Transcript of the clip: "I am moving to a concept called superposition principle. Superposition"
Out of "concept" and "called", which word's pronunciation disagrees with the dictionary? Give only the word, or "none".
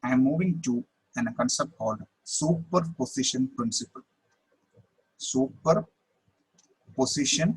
none